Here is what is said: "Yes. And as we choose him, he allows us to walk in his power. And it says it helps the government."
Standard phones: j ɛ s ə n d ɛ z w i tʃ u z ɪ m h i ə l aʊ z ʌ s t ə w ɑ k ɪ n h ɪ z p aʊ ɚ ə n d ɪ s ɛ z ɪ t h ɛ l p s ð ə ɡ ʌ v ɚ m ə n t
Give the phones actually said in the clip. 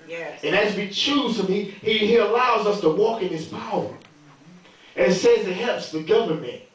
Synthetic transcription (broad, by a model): j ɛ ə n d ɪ z w i tʃ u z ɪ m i i ə l aʊ z ʌ s t ə w ɑ k ɪ n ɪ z p aʊ ɚ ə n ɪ s ɛ z ɪ t h ɛ l p s ð ə ɡ ʌ v ɚ m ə n t